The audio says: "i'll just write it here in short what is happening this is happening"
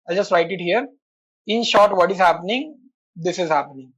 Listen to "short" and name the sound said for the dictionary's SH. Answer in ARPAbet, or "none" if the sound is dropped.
SH